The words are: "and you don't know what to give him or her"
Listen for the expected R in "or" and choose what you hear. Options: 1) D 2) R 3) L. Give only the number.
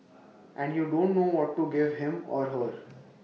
2